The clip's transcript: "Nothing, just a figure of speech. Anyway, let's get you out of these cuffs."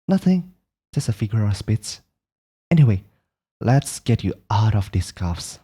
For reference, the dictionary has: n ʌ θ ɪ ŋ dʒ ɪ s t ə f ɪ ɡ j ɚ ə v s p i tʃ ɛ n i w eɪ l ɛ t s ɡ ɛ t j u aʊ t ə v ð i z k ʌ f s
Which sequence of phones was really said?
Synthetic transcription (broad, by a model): n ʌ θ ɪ ŋ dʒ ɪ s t ə f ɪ ɡ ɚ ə s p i s ɛ n i w eɪ l ɛ t s ɡ ɛ t j u aʊ t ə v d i s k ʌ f s